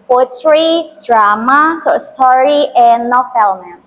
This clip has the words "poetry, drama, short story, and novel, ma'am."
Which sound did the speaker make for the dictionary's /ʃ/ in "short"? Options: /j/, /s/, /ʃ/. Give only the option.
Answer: /s/